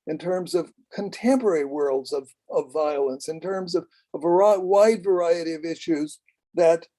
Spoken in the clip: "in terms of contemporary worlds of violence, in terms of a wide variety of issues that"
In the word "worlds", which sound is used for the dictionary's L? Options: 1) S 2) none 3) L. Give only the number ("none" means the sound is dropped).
3